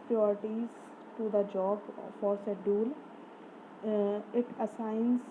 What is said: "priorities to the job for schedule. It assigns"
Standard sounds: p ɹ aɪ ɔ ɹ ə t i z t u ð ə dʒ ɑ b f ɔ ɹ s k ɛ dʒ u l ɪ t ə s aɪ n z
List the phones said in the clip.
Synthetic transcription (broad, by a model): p ɹ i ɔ ɹ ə t i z t u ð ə dʒ ɑ b f ɔ ɹ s ɛ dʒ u l ɪ t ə s aɪ n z